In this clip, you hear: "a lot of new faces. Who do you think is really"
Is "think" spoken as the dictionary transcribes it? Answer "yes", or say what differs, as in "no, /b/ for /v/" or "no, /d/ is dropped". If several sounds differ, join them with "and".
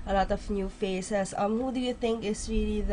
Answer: no, /t/ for /θ/